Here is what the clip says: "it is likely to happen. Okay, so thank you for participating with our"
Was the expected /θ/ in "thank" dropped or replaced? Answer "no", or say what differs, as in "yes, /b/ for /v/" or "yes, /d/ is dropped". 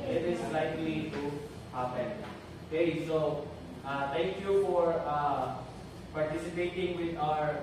yes, /t/ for /θ/